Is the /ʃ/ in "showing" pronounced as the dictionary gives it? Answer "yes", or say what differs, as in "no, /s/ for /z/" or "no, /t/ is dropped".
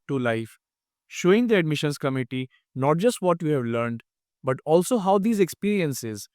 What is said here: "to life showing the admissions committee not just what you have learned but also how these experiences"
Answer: yes